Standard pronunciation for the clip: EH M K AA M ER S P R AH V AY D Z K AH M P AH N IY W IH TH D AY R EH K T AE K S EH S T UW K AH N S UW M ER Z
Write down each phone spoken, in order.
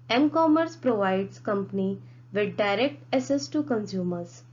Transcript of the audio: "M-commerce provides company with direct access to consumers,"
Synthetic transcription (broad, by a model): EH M K AA M ER S P R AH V AY D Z K AH M P AH N IY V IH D D AY R EH K T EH S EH S T UW K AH N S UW M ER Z